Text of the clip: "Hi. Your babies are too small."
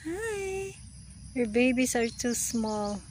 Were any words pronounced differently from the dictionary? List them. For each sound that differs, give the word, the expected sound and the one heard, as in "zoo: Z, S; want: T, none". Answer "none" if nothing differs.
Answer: babies: Z, S